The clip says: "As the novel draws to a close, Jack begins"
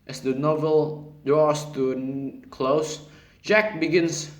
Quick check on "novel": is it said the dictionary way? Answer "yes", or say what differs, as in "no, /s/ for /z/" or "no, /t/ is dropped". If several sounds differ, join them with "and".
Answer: yes